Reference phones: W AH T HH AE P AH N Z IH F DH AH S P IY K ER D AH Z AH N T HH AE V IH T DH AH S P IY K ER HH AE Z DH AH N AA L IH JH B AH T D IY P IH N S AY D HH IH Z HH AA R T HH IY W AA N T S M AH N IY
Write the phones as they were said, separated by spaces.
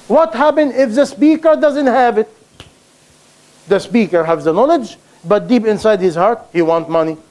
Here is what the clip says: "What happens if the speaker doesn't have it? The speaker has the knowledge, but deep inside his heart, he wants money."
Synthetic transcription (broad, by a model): W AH T HH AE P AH N IH F DH AH S P IY K ER D AH Z AH N T HH AE V IH T DH AH S P IY K ER HH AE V DH AH N AA L IH JH B AH T D IY P IH N S AY D HH IH Z HH AA R T HH IY W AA N T M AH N IY